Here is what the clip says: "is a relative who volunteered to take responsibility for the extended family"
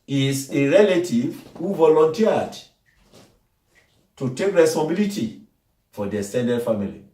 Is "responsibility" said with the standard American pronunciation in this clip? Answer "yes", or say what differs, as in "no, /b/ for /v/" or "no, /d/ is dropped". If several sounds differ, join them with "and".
no, /p/ is dropped